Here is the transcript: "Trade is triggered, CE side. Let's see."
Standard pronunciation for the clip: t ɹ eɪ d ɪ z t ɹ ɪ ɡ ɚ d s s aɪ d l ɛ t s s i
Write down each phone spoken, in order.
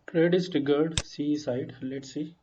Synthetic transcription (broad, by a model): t ɹ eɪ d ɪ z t ɪ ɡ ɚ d s s aɪ d l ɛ t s s i